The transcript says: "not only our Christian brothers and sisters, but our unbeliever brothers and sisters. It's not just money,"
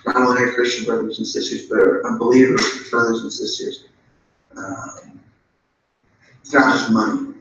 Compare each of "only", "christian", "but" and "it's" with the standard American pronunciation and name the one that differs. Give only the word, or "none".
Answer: only